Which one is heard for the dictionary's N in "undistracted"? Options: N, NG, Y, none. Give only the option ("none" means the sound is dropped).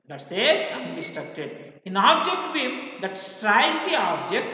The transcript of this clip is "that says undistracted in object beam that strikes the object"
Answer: none